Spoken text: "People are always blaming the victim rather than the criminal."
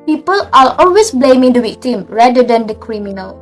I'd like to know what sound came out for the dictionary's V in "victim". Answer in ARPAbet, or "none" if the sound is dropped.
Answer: W